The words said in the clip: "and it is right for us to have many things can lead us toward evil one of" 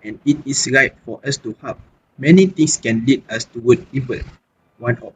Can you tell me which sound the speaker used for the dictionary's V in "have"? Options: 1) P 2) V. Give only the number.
1